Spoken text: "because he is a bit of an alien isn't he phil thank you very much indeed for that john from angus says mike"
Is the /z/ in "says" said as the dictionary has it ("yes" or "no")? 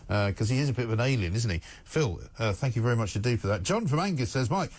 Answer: yes